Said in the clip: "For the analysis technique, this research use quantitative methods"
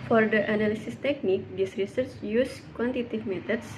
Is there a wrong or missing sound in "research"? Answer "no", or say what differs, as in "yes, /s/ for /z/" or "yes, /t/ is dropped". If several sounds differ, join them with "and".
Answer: no